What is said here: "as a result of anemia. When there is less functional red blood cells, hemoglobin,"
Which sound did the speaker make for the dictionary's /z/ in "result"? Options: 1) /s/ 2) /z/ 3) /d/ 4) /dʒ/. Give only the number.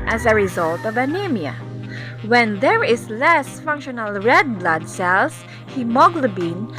2